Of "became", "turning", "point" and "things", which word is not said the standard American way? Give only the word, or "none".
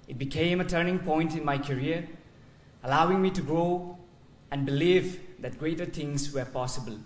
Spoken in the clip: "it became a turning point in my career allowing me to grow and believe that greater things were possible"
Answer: things